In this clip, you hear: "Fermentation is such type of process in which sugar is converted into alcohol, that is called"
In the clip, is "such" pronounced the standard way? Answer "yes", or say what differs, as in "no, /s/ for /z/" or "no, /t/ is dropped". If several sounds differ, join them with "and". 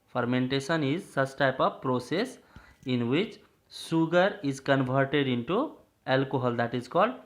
no, /s/ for /tʃ/